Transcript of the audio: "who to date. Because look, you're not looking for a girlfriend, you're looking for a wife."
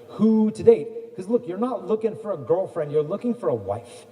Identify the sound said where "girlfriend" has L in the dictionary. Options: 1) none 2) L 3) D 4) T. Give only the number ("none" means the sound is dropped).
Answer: 2